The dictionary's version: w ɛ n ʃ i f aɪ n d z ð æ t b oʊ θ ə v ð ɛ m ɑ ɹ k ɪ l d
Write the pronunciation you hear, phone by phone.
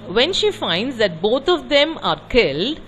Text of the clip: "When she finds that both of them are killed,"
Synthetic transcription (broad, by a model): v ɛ n ʃ i f aɪ n d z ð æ t b oʊ t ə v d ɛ m ɑ ɹ k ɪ l d